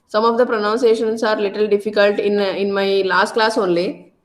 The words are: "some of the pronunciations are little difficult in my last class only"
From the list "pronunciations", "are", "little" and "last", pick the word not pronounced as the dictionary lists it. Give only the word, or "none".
pronunciations